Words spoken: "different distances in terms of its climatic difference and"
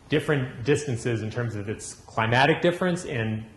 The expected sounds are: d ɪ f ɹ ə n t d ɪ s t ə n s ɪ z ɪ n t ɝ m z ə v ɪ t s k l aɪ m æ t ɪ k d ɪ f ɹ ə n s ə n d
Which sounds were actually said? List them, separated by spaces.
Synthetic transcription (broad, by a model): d ɪ f ɹ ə n d ɪ s t ə n s ɪ z ɪ n t ɝ m z ə v ɪ t s k l aɪ m æ t ɪ k d ɪ f ɹ ə n s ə n